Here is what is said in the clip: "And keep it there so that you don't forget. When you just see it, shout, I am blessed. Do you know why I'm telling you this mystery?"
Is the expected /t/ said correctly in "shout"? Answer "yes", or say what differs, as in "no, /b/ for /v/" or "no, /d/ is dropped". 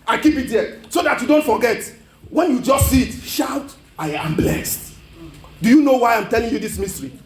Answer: yes